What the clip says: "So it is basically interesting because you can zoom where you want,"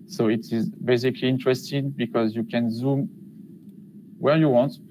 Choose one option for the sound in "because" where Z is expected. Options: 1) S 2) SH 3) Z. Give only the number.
3